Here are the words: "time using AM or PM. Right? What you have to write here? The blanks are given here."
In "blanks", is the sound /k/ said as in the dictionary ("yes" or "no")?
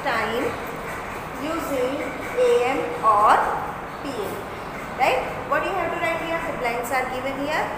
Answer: no